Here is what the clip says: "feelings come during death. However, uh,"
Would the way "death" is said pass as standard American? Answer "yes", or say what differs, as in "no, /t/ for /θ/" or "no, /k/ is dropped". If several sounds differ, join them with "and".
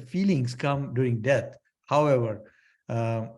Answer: no, /t/ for /θ/